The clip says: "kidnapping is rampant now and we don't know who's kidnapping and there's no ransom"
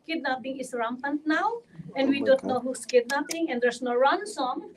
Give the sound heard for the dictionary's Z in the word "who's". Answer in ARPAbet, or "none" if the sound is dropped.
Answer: S